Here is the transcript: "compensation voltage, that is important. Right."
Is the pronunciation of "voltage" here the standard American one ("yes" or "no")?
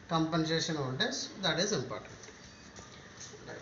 no